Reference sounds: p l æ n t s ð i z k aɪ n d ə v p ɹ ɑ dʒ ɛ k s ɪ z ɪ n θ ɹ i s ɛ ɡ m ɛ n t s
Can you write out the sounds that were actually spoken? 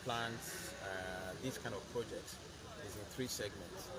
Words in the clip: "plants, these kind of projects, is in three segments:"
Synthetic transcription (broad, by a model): p l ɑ n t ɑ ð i s k aɪ n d ə v p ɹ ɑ dʒ ɛ k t ɪ z ɪ n θ ɹ i s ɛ ɡ m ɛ n t s